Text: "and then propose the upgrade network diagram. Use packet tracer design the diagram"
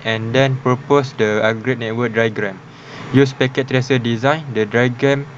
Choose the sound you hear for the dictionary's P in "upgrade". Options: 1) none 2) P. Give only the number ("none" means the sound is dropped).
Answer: 1